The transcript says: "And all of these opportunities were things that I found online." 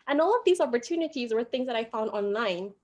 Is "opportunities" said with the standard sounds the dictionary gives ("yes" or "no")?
yes